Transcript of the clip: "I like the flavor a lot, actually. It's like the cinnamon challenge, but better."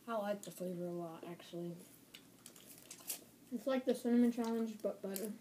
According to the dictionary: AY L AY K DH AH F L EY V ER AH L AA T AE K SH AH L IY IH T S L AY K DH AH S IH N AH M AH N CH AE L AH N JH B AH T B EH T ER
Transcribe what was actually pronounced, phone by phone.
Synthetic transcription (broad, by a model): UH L AY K DH AH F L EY V ER AH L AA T AE K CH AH L IY IH T S L AY K DH AH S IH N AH M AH N CH AE L AH N JH B AH T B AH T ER